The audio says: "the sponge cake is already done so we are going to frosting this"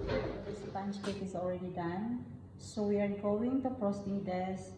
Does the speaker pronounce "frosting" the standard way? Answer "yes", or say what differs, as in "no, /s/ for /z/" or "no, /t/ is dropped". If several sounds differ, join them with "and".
no, /p/ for /f/